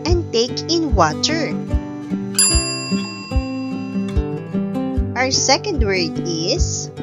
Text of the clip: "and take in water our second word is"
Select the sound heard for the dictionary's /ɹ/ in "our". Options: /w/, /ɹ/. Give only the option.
/ɹ/